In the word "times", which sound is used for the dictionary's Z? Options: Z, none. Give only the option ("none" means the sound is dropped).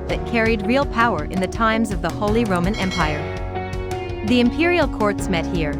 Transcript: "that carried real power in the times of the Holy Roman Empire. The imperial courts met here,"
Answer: Z